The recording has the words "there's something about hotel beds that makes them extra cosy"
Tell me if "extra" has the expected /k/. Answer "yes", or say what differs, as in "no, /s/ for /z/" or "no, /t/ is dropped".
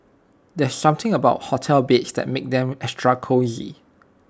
no, /k/ is dropped